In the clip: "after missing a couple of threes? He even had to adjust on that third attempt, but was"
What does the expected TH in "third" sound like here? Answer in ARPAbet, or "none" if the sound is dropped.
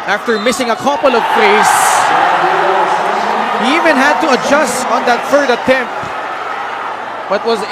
F